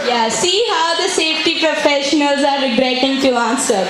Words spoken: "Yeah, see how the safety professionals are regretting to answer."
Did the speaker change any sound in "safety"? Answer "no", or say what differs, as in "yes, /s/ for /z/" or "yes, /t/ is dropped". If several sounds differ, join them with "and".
no